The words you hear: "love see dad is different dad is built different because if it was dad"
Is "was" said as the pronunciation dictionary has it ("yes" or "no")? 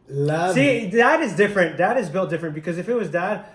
yes